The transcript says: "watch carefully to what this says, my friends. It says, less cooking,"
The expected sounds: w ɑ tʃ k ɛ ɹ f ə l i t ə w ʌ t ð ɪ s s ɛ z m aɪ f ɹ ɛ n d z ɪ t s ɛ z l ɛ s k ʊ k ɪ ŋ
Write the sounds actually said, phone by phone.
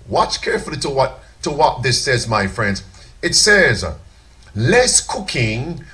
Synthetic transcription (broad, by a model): w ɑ tʃ k ɛ ɹ f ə w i t ə w ʌ t ð ɪ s s ɛ z m aɪ f ɹ ɛ n d z ɪ t s ɛ z l ɛ s k ʊ k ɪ ŋ